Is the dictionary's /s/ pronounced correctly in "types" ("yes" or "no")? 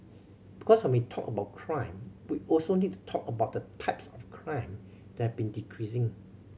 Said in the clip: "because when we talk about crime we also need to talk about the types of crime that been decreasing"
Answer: yes